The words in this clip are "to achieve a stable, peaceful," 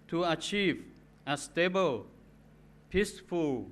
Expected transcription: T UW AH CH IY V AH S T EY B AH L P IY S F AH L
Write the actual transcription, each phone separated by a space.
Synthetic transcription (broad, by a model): T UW AH CH IY V AH S T EY B AH L P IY S F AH L